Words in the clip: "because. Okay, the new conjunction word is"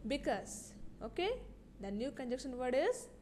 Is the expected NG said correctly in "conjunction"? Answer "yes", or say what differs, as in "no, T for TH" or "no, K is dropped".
no, NG is dropped